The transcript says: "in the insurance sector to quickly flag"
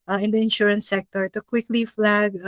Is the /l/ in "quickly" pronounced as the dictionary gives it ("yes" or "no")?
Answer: yes